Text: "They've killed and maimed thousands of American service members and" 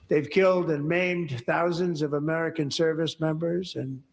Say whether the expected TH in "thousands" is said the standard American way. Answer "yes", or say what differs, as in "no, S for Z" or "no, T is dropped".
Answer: yes